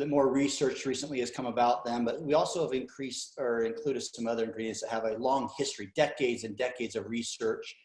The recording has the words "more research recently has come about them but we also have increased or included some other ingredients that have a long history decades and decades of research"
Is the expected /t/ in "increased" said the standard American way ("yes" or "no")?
yes